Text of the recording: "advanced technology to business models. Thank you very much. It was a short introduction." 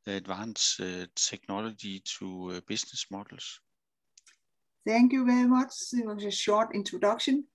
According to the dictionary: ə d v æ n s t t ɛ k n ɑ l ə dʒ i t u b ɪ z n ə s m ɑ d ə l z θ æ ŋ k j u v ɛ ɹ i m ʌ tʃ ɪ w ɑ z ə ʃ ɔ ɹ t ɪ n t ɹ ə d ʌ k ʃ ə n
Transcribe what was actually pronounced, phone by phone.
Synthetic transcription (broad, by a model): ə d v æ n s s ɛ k n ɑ l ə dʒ i s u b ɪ s n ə s m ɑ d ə l s θ æ ŋ k j u v ɛ ɹ i m ʌ tʃ ɪ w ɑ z ə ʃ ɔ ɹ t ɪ n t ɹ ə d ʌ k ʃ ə n